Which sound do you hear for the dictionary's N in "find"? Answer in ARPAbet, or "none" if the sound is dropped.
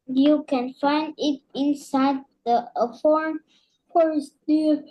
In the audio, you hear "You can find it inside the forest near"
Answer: N